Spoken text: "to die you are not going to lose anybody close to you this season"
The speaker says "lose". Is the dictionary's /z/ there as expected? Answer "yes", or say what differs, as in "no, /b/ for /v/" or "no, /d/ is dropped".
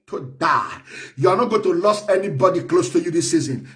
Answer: no, /s/ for /z/